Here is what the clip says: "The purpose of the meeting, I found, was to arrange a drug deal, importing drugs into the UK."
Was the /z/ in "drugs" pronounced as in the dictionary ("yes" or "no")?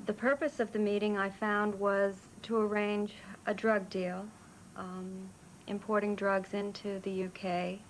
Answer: yes